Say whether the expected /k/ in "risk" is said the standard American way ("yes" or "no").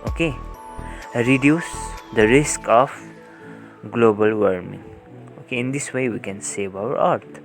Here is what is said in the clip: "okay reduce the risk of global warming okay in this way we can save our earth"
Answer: yes